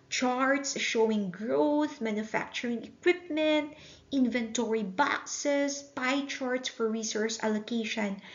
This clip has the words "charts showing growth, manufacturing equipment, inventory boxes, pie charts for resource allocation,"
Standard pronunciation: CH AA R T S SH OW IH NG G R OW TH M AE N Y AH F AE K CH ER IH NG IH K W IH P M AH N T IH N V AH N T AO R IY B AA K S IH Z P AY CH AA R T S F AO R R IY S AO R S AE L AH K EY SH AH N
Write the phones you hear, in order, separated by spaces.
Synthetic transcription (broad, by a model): CH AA R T S SH OW IH NG G R OW TH M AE N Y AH F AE K CH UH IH NG IH K W IH P M AH N T IH N V AH N T AO R IY B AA K S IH S P AY CH AA R T S F AO R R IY S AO R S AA L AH K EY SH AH N